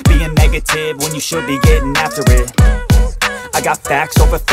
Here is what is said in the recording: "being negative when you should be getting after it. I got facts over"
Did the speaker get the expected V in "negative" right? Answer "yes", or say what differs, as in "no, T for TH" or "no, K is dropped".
yes